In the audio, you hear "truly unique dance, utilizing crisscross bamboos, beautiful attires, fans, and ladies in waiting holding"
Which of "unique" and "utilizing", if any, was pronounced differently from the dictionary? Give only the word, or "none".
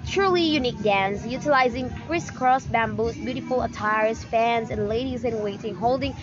none